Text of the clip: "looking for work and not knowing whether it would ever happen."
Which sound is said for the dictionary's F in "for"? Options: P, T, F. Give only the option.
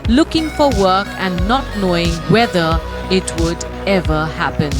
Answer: F